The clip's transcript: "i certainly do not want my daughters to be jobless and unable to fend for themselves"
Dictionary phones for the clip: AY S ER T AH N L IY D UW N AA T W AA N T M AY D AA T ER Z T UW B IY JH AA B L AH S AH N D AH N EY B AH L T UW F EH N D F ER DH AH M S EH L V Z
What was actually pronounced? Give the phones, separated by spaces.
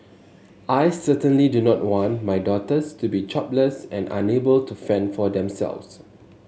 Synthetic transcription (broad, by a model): AY S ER T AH N L IY D UW N AA T W AA N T M AY D AA T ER S T UW B IY CH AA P L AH S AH N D AH N EY B AH L T UW F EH N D F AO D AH M S EH L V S